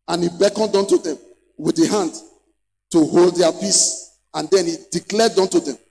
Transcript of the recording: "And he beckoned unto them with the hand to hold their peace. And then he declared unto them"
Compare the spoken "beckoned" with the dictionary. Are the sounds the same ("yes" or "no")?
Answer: yes